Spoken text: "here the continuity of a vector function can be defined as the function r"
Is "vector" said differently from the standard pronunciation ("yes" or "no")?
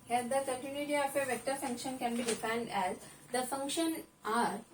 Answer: no